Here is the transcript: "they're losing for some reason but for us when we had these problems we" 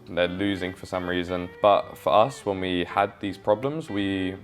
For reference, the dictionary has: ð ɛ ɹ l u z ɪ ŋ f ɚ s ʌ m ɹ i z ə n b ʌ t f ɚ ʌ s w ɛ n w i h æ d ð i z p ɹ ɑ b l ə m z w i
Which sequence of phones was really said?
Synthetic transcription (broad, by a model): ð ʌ l u z ɪ ŋ f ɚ s ʌ m ɹ i z ə n b ʌ t f ɚ ʌ s w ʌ n w i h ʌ d ð i z p ɹ ɑ b l ə m z w i